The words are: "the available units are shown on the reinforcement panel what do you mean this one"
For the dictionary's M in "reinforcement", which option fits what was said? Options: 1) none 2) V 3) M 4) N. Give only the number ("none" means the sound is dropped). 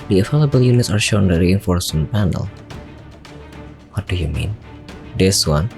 1